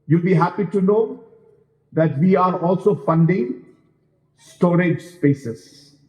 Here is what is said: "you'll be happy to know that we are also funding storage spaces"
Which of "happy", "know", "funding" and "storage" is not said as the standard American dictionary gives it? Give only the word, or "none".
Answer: none